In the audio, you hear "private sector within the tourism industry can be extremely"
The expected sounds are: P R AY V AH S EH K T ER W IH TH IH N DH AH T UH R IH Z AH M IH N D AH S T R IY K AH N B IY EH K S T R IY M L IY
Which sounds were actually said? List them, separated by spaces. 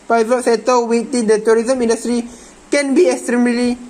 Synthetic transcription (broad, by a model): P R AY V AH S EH T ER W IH T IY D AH T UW R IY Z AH M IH N D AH S T R IY K AH N B IY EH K S T R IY M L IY